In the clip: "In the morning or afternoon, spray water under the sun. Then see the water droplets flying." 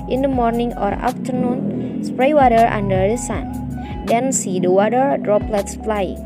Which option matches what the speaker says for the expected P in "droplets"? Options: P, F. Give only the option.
P